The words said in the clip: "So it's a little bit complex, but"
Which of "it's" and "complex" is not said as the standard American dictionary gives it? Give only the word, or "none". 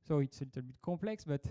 complex